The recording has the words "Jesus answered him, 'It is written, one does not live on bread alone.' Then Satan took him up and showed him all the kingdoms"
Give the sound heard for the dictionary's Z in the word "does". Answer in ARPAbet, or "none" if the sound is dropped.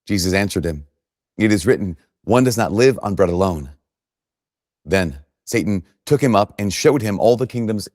Z